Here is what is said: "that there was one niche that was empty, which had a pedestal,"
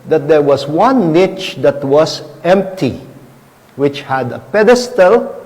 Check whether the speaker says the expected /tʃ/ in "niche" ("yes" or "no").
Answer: yes